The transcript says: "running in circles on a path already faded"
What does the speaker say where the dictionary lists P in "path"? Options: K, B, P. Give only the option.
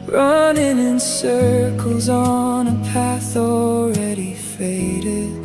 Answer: P